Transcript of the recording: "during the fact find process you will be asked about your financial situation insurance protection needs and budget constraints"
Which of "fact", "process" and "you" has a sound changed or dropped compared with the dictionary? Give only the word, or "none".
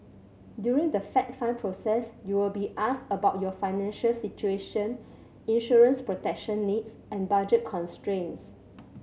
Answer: fact